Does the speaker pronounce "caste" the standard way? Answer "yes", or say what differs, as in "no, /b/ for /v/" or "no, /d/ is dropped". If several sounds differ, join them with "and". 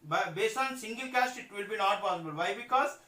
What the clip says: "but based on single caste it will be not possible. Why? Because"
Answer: yes